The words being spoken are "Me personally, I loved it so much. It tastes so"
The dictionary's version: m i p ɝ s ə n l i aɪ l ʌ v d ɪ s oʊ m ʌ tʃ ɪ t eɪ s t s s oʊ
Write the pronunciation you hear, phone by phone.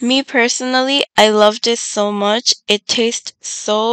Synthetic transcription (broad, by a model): m i p ɝ s ə n l i aɪ l ʌ v d ɪ s oʊ m ʌ tʃ ɪ t eɪ s t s s oʊ